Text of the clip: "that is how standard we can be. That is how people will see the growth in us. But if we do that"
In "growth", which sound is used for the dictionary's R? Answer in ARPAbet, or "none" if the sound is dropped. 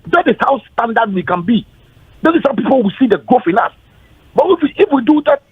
none